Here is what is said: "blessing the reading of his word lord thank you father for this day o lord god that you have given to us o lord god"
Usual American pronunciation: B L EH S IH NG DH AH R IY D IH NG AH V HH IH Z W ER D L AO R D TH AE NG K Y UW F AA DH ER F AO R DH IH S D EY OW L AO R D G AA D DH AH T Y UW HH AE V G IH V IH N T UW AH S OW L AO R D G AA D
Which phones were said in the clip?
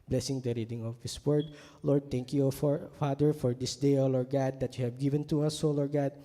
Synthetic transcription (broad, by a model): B L EH S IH NG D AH R IY D IH NG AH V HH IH S W ER D L AO R D T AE NG K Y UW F AA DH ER F AO R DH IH S D EY OW L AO R G AA D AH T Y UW HH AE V G IH V IH N T UW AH S OW L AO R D G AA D